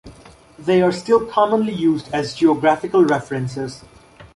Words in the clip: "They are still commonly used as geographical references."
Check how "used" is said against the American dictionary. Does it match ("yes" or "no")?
yes